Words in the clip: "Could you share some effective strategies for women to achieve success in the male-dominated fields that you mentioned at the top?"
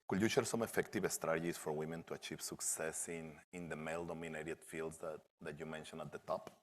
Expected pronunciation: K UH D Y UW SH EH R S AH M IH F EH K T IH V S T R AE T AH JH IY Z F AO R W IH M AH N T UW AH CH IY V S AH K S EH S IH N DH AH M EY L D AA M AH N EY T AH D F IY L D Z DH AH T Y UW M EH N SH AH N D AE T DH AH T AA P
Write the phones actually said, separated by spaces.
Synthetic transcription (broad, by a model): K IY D Y UW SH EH R S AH M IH F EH K T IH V S T R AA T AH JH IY S F AO R W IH M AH N T UW AH CH IY V S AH K S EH S IH N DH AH M EY L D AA M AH N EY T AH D F IY L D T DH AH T Y UW M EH N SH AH N AA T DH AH T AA P